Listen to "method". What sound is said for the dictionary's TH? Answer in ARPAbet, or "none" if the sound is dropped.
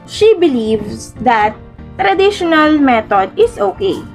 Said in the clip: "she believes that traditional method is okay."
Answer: T